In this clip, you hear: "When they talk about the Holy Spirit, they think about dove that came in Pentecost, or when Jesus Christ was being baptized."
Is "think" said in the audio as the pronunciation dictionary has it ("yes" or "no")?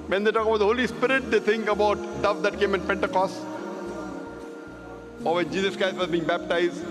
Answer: no